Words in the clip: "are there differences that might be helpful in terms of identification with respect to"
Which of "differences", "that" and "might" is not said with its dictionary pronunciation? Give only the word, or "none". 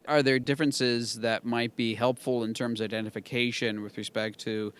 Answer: none